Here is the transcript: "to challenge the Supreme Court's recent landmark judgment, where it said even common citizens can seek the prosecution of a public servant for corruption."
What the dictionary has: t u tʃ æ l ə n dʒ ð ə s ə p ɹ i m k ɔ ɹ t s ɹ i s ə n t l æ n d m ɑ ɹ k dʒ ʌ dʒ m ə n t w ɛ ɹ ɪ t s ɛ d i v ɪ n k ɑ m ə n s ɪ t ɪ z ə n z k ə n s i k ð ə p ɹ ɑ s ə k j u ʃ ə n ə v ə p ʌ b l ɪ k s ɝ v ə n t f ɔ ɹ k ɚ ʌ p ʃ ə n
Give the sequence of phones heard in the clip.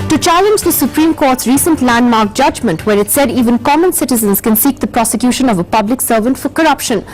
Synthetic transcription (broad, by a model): t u tʃ æ l ə n dʒ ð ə s ə p ɹ i m k ɔ ɹ t s ɹ i s ə n t l æ n d m ɑ ɹ k dʒ ʌ dʒ m ə n t w ɛ ɹ ɪ t s ɛ d i v ɪ n k ɑ m ə n s ɪ t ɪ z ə n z k ə n s i k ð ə p ɹ ɑ s ə k j u ʃ ə n ə v ə p ʌ b l ɪ k s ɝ v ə n t f ɔ ɹ k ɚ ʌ p ʃ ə n